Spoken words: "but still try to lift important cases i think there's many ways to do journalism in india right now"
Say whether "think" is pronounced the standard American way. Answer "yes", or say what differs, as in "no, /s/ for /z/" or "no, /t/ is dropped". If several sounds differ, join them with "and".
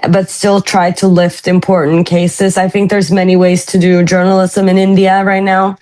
yes